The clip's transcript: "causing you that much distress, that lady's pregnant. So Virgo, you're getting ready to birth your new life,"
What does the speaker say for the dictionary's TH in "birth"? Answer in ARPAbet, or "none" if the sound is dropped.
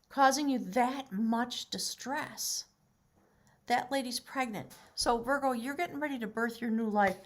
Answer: TH